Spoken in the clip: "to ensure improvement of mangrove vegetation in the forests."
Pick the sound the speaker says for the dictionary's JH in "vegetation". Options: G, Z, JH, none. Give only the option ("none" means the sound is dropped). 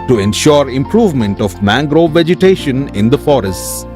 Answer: JH